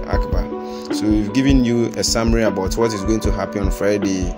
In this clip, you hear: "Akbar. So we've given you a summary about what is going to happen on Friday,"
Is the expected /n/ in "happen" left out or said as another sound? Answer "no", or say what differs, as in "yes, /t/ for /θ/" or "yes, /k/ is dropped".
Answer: yes, /n/ is dropped